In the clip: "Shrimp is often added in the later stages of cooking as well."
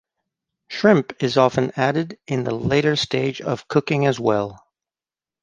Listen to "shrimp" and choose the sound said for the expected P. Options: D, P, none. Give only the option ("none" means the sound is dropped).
P